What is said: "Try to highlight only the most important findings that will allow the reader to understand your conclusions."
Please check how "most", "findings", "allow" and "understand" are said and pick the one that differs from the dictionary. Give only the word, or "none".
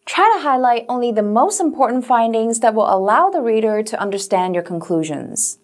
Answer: none